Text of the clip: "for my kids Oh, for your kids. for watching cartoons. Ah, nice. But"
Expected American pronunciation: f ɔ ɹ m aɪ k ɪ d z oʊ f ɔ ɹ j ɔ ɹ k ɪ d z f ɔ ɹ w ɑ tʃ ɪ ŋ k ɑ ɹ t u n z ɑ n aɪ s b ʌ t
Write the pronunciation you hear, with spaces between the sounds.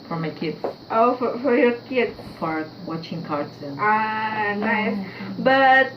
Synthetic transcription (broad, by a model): f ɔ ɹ m aɪ k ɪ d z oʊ f ɔ ɹ j ɔ ɹ k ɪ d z f ɔ ɹ w ɑ tʃ ɪ ŋ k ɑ ɹ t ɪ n ɑ n aɪ s b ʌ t